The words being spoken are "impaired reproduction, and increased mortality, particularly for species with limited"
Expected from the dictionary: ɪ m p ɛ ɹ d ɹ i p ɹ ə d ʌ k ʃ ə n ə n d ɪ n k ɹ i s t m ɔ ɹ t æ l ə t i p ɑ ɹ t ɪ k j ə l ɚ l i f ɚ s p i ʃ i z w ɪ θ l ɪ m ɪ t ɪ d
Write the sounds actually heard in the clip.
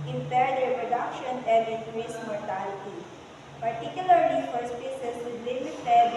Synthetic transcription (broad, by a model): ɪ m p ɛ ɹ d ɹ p ɹ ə d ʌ k ʃ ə n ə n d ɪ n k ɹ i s m ɔ ɹ t æ l ə t i p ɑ ɹ t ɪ k j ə l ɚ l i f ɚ s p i s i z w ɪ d l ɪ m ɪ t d